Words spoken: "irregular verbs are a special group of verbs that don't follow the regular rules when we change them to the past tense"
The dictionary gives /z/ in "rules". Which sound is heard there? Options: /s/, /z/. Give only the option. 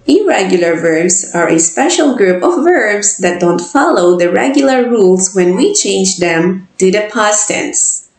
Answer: /s/